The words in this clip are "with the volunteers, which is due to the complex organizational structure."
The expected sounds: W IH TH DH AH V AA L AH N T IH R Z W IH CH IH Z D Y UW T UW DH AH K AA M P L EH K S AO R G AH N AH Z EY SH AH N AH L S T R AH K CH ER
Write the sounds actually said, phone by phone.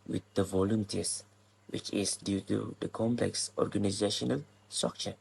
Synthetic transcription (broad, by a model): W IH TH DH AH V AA L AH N T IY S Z W IH CH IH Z D Y UW T UW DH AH K AA M P L EH K S AO R G AH N AH Z EY SH AH N AH L S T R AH K CH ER